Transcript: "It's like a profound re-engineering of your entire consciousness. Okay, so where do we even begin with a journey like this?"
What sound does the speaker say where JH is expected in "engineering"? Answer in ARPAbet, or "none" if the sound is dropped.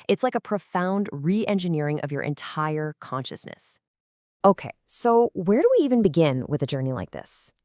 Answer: JH